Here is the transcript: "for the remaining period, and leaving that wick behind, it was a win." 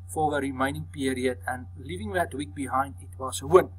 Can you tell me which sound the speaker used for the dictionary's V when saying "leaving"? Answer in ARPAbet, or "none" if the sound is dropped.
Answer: V